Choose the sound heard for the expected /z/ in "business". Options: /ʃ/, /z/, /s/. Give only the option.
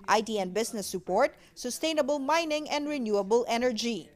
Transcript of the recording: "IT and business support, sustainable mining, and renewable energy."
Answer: /s/